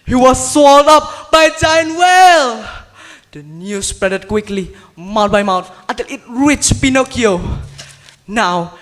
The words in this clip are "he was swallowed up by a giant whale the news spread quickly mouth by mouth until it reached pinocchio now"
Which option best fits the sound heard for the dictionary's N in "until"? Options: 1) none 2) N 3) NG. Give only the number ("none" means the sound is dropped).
1